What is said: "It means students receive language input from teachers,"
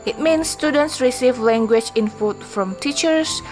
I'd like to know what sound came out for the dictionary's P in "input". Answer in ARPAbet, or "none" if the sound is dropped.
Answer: F